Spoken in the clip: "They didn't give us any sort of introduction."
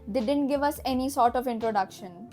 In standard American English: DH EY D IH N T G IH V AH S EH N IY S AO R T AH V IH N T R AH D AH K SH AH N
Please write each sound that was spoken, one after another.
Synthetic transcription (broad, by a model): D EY D IH N T G IH V AH S EH N IY S AO R T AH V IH N T R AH D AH K SH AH N